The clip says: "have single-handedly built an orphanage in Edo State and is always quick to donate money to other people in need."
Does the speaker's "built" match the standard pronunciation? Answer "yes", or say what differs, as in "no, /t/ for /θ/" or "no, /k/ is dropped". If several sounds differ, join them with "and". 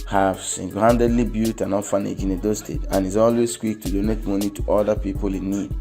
no, /l/ is dropped